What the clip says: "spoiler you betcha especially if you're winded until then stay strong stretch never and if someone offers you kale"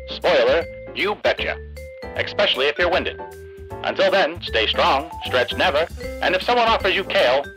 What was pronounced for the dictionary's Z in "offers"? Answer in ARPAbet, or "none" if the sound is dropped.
Z